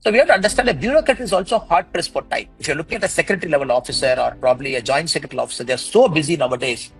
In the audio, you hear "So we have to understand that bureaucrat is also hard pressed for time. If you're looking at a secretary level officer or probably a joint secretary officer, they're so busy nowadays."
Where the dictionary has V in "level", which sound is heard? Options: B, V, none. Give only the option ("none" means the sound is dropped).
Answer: V